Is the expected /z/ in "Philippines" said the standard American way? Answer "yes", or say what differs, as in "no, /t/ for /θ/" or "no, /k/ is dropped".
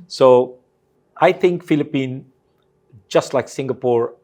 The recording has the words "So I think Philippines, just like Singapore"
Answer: no, /z/ is dropped